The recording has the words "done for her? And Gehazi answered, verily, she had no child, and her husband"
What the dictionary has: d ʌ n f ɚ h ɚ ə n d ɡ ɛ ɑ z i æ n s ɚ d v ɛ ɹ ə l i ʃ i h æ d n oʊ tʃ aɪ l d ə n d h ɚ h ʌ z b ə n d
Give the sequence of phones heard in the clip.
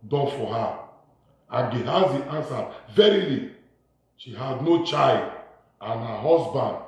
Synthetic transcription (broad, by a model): d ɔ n f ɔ h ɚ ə ɡ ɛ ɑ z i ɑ n s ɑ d v ɛ ɹ ə l i ʃ i h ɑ d n oʊ tʃ aɪ l d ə n h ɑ h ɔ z b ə n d